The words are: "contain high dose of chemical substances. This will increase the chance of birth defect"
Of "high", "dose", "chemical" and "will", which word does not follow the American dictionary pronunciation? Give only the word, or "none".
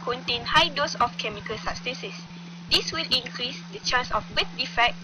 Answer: none